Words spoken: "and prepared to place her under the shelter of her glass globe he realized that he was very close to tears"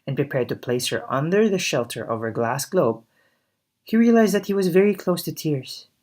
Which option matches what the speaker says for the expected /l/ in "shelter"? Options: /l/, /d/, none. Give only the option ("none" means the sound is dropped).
/l/